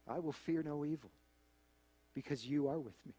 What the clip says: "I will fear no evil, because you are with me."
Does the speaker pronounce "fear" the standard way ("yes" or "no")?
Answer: yes